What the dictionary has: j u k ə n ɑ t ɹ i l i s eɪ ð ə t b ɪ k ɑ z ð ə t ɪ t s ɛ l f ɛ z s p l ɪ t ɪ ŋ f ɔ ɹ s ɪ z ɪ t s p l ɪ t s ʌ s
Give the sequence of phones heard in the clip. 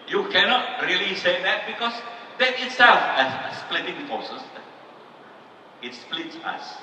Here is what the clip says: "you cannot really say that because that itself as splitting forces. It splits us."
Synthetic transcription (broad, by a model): j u k ə n ɑ t ɹ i l i s eɪ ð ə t b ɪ k ɑ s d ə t ɪ t s ɛ l f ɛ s s p l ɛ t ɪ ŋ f ɔ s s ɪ ɪ t s p l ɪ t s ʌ s